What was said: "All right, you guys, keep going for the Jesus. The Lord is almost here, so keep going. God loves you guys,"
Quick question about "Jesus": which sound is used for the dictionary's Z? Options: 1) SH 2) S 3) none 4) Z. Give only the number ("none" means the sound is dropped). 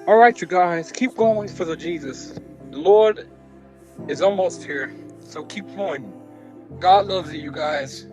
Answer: 4